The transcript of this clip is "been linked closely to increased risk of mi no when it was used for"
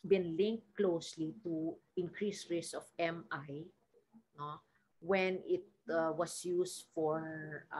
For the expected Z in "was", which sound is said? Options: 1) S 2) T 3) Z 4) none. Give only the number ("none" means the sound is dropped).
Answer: 1